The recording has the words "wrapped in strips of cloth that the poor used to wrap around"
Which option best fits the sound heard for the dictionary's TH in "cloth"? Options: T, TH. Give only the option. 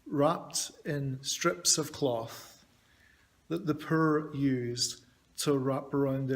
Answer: TH